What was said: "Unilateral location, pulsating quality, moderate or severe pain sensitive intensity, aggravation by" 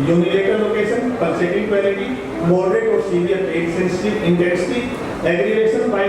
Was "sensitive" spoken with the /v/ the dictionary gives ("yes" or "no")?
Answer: no